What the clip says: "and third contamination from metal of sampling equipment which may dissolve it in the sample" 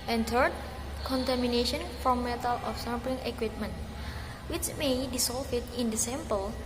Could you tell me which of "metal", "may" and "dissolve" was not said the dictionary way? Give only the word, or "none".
dissolve